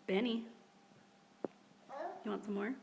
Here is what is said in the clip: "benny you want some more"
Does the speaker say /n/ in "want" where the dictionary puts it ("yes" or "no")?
yes